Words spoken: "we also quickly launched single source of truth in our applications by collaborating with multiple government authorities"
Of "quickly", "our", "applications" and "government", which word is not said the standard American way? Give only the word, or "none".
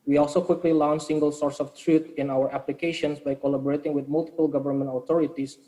applications